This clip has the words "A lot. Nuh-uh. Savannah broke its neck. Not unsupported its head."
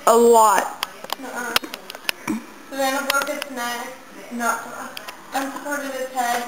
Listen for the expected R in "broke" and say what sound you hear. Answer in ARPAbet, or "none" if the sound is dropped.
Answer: none